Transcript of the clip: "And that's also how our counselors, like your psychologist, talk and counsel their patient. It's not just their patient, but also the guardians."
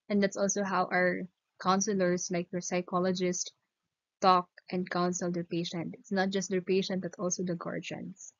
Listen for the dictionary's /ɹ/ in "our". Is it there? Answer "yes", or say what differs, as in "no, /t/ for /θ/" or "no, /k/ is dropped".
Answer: yes